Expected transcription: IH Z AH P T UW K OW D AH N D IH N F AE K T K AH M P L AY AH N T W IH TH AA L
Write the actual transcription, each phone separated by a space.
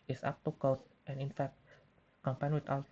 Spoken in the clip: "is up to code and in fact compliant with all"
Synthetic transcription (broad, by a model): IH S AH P T UW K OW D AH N IH N F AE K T K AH M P AY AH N W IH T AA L